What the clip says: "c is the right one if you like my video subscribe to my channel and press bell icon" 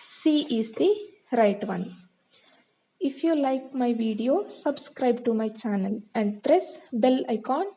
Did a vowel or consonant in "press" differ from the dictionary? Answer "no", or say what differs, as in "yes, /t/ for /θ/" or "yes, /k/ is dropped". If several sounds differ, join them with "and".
no